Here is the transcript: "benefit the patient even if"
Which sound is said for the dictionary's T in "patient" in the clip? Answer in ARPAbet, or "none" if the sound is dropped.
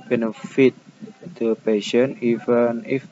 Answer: none